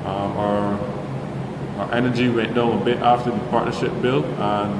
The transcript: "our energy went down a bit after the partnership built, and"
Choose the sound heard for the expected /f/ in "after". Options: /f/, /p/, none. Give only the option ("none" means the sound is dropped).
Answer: /f/